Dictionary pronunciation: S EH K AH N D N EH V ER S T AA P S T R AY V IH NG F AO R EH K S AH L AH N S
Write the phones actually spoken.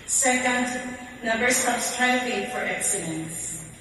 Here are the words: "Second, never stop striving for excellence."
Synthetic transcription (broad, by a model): S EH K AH N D N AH B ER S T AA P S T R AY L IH F AO R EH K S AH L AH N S